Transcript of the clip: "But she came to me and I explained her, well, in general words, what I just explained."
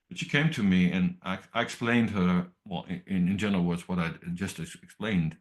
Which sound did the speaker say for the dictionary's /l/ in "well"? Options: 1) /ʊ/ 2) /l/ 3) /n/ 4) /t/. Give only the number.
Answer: 3